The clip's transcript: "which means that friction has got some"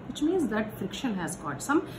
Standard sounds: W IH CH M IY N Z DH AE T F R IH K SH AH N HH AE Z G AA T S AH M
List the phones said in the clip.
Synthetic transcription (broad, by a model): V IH CH M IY N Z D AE T F R IH K SH AH N HH AE Z G AA T S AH M